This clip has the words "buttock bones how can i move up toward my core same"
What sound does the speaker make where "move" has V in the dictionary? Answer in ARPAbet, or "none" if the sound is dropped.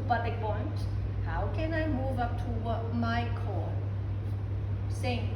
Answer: V